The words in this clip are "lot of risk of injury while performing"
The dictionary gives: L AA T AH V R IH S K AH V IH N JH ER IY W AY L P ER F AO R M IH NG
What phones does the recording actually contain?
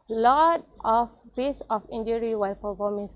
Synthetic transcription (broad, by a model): L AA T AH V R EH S AH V IH N JH ER IY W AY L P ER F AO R M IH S